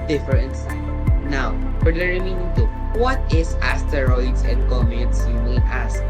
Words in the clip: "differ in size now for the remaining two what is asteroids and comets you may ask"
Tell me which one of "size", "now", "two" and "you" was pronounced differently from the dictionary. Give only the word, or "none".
size